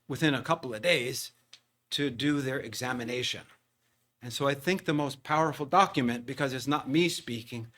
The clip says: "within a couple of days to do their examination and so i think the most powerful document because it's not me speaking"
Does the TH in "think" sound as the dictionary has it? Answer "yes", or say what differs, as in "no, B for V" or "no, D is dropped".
yes